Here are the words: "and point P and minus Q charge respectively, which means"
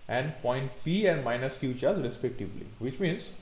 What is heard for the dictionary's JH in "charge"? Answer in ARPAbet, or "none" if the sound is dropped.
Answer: Z